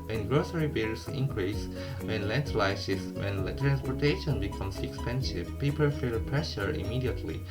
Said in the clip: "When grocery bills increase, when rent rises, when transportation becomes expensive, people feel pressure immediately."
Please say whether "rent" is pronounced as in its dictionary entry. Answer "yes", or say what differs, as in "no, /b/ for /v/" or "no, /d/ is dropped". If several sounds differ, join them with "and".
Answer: no, /l/ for /ɹ/